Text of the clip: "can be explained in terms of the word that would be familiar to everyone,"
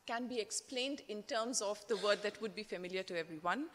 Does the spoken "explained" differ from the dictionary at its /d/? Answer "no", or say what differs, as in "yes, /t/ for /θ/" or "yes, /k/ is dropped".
no